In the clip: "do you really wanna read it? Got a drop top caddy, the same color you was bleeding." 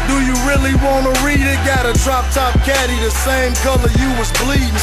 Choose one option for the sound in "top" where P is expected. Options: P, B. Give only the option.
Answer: P